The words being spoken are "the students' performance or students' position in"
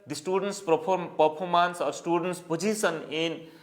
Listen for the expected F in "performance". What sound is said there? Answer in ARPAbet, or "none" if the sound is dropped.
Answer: P